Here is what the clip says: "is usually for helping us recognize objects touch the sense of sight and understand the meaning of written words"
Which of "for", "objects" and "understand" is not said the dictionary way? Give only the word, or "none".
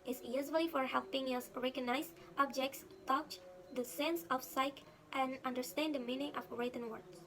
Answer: none